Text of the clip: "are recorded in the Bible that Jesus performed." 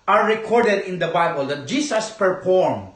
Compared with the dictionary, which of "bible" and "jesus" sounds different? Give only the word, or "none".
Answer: jesus